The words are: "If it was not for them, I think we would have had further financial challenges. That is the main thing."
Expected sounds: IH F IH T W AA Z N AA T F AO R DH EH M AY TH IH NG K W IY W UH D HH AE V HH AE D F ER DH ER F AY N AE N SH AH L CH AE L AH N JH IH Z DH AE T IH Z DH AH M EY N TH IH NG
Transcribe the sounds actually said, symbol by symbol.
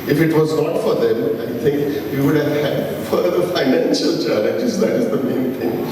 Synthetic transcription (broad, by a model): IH F IH T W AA Z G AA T F AO R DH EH M AY T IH NG K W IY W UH D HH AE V HH AE D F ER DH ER F AY N AE N SH AH L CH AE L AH JH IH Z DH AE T IH Z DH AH M EY N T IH NG